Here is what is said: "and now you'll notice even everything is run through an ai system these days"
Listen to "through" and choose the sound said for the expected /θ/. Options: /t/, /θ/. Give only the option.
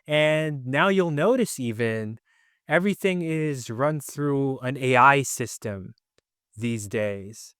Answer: /θ/